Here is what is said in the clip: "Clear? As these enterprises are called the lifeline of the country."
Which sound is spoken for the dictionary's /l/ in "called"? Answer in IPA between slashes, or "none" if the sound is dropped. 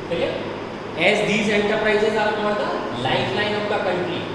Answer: none